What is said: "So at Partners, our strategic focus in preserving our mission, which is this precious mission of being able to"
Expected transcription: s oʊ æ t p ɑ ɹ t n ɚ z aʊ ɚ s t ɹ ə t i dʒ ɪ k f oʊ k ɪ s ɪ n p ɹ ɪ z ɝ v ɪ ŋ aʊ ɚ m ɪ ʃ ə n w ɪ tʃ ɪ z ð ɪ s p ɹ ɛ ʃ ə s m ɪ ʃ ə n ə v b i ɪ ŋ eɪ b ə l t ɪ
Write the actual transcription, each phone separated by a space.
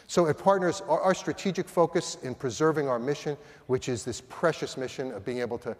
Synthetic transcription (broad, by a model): s oʊ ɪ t p ɑ ɹ t n ɚ z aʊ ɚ s t ɹ ə t i dʒ ɪ k f oʊ k ɪ s ɪ n p ɹ ɪ z ɝ v ɪ ŋ aʊ ɚ m ɪ ʃ ə n w ɪ tʃ ɪ z ð ɪ s p ɹ ɛ ʃ ə s m ɪ ʃ ə n ə v b i ɪ ŋ eɪ b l t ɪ